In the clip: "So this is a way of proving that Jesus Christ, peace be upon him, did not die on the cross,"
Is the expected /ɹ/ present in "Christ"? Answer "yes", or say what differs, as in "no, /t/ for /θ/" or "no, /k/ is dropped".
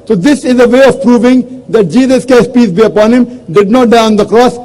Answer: no, /ɹ/ is dropped